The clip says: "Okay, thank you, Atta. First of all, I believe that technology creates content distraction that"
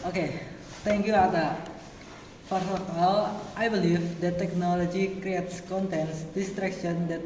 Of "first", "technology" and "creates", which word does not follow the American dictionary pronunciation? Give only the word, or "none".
first